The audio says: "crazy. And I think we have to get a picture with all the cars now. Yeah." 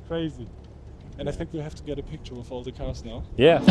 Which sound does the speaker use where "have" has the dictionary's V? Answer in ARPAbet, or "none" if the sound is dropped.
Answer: F